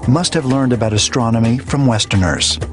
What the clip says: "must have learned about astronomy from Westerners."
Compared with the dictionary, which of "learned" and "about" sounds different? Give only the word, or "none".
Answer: none